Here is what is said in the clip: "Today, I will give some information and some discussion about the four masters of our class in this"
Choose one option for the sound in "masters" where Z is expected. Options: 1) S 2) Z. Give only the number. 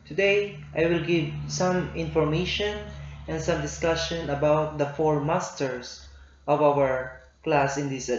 1